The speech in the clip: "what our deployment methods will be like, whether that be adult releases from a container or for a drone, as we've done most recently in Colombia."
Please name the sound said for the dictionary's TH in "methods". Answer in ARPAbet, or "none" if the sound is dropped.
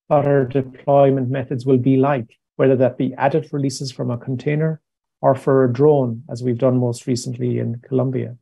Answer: TH